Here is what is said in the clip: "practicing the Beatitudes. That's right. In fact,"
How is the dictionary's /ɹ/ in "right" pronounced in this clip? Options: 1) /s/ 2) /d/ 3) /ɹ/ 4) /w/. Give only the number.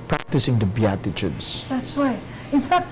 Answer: 4